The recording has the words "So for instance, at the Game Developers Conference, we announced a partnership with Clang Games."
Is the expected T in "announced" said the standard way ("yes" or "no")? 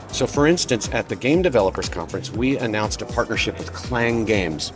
yes